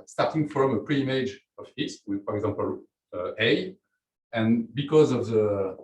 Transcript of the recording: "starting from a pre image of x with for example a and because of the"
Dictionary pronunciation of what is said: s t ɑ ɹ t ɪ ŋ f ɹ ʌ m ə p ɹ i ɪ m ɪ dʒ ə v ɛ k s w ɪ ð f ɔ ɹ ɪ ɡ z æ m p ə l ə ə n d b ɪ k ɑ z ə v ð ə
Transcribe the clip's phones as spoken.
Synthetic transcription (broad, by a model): s t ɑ ɹ t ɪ ŋ f ɹ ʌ m ə p ɹ i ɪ m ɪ dʒ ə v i s w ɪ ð f ɔ ɹ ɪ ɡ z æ m p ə l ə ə n b ɪ k ɑ z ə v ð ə